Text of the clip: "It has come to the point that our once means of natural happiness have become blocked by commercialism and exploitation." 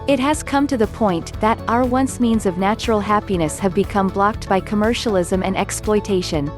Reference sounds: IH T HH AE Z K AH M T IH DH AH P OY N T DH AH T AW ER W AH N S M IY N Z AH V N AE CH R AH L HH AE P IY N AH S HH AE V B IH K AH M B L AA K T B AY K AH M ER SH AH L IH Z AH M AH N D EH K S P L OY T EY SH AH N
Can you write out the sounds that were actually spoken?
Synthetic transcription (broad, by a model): IH T HH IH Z K AH M T IH DH AH P OY N DH AH T AW ER W AH N S M IY N Z AH V N AE CH R L HH AE P IY N AH S HH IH V B IH K AH M B L AA K T B AY K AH M ER SH L IH Z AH M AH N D EH K S P L OY T EY SH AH N